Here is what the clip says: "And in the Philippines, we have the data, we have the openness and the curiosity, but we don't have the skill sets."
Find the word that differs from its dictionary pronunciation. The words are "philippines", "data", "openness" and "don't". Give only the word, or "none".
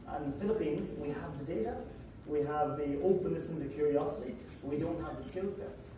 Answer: none